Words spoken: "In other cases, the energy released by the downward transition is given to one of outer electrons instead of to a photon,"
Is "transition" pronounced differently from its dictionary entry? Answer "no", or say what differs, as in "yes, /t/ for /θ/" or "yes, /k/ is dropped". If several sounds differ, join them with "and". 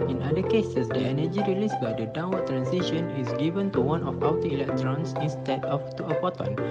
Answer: yes, /s/ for /z/